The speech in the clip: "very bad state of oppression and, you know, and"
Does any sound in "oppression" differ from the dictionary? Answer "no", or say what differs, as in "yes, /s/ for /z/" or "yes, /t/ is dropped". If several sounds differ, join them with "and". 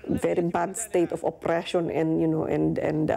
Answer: no